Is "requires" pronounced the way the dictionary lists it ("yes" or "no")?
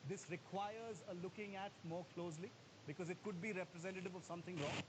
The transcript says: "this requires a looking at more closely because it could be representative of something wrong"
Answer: yes